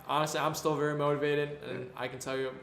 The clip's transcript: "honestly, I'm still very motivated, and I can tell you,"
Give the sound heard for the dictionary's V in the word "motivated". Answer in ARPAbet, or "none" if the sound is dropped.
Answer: V